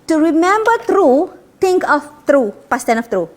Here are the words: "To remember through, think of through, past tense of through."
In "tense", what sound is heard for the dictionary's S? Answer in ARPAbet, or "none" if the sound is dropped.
none